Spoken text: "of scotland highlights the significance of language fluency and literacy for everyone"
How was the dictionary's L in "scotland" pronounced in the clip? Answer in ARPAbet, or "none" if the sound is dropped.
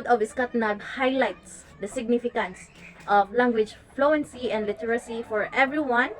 N